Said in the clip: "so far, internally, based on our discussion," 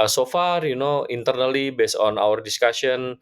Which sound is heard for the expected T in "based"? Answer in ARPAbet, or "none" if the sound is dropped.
none